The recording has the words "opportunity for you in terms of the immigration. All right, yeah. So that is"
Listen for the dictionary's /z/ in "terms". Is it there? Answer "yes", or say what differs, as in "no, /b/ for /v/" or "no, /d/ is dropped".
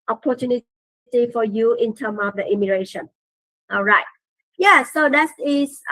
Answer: no, /z/ is dropped